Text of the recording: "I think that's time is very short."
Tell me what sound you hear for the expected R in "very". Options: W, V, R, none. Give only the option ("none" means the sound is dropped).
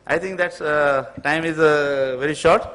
R